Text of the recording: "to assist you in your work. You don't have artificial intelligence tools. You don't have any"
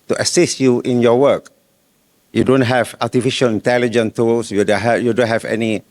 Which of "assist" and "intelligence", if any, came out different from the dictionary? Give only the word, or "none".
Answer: intelligence